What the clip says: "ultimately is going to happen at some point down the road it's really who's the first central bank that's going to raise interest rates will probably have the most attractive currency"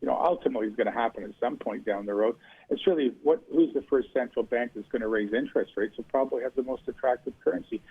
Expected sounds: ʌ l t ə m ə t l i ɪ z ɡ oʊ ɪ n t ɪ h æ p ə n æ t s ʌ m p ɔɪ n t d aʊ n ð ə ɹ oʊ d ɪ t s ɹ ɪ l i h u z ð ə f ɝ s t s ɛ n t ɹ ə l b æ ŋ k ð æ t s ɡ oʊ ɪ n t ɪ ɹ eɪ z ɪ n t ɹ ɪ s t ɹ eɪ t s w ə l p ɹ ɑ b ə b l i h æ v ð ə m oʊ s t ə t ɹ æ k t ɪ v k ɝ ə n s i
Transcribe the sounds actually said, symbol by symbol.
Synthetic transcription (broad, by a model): ʌ l t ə m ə t l i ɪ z ɡ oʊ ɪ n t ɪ h æ p ə n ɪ t s ʌ m p ɔɪ n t d aʊ n ð ə ɹ oʊ d ɪ t s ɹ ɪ l i h u z ð ə f ɝ s t s ɛ n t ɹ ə l b æ ŋ k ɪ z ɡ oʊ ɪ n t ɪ ɹ eɪ z ɪ n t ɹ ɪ s t ɹ eɪ t s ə p ɹ ɑ b ə b l i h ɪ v ð ə m oʊ s t ə t ɹ æ k t ɪ v k ɝ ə n s i